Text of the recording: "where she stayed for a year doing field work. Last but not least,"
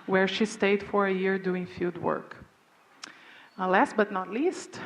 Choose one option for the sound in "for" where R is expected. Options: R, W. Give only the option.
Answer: R